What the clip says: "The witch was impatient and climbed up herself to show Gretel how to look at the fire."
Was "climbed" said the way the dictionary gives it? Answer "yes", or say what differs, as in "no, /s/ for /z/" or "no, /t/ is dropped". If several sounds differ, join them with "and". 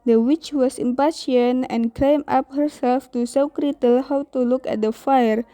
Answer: no, /d/ is dropped